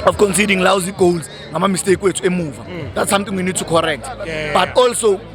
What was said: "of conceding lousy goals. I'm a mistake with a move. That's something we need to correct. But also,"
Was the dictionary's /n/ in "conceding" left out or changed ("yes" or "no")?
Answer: no